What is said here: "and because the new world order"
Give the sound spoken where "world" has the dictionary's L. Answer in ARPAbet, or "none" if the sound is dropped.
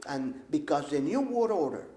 none